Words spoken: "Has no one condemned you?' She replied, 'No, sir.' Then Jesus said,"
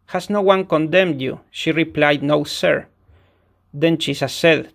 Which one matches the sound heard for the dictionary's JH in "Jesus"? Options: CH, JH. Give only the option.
CH